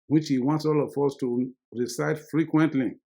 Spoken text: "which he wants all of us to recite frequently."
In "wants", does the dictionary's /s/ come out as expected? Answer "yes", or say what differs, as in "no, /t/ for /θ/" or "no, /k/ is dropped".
yes